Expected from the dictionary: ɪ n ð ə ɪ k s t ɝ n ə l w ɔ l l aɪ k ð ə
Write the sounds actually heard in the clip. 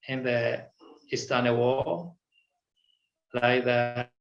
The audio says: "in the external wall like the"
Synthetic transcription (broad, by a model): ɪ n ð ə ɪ s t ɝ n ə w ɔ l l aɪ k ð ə